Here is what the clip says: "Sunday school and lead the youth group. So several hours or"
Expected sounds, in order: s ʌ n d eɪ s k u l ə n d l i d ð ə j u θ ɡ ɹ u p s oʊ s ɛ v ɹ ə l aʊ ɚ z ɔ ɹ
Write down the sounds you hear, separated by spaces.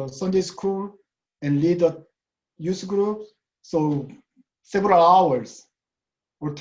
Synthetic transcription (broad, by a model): s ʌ n d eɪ s k u l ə n l i d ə j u s ɡ ɹ u p s oʊ s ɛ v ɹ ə l aʊ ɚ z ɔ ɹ